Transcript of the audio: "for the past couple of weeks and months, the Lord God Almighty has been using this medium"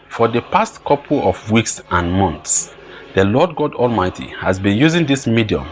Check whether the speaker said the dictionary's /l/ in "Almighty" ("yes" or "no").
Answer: yes